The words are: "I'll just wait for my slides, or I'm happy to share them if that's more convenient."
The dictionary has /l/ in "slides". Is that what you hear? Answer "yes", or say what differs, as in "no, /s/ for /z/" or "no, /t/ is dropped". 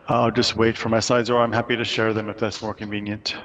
no, /l/ is dropped